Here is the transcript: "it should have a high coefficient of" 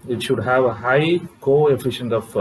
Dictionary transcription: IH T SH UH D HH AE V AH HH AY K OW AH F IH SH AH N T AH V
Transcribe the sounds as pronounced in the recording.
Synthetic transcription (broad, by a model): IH T SH UH D HH AE V AH HH AY K OW AH F IH SH AH N T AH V